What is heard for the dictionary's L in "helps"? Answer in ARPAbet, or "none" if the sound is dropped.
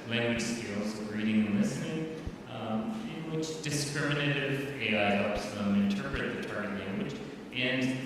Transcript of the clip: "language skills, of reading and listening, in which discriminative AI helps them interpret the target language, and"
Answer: none